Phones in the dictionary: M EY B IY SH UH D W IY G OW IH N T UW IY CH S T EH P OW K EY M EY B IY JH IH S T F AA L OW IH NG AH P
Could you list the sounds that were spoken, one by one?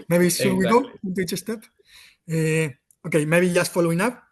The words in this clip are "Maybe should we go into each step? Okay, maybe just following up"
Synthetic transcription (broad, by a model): M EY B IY S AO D W IY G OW IH N T UW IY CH S T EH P OW K EY M EY B IY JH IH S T F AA L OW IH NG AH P